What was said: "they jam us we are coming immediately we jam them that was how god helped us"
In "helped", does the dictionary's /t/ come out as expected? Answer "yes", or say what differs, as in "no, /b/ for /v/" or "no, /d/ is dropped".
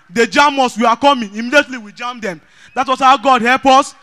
no, /t/ is dropped